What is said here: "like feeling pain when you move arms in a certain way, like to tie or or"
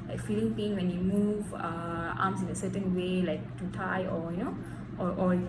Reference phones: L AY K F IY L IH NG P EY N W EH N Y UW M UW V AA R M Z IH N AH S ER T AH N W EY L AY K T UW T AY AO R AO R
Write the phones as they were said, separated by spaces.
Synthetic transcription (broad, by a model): L AY K F IY L IH NG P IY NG W EH N Y UW M UW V AA M S IH N AH S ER T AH N W EY L AY K T UW T AY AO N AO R